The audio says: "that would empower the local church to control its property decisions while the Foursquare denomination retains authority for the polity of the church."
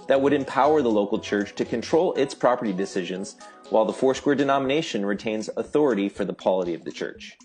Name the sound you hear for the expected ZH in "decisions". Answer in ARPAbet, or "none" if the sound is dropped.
ZH